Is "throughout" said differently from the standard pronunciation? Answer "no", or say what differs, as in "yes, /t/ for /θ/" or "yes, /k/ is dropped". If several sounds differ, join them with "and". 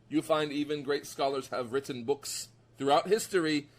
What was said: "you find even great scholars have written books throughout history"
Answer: no